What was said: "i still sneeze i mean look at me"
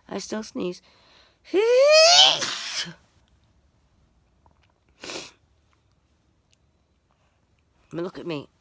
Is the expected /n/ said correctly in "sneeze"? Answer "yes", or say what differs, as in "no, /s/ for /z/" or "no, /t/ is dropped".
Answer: yes